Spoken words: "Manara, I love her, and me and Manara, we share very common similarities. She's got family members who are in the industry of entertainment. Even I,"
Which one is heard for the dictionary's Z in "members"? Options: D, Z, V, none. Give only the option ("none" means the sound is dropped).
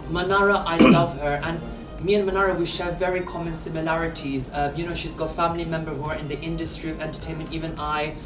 none